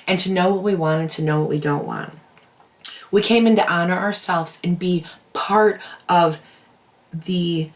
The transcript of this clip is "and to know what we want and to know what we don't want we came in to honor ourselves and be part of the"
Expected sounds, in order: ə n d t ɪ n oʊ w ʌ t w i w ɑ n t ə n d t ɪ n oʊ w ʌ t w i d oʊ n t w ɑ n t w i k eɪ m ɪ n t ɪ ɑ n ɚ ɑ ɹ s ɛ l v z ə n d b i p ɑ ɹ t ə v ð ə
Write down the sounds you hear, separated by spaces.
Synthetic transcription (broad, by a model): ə n t ɪ n oʊ w ʌ t w i w ɑ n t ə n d t ɪ n oʊ w ʌ t w i d oʊ n t w ɑ n t w i k eɪ m ɪ n t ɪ ɑ n ɚ ɑ ɹ s ɛ l v z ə n b i p ɑ ɹ t ə v ð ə